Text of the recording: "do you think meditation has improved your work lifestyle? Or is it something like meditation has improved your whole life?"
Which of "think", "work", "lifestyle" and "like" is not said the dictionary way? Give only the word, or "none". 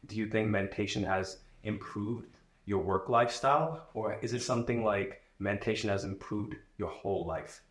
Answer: none